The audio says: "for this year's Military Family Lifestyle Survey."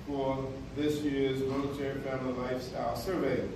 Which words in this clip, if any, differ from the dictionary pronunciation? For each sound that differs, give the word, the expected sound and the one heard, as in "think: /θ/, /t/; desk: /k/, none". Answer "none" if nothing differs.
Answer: none